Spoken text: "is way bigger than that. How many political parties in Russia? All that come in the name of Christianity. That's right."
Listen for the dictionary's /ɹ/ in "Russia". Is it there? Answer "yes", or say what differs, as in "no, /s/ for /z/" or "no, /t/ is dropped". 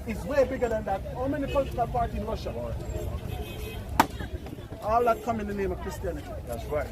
no, /w/ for /ɹ/